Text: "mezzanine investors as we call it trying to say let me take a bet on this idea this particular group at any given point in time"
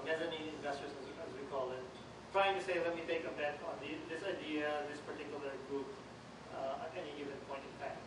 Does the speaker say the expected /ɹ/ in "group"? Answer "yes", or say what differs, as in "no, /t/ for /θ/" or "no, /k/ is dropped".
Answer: no, /ɹ/ is dropped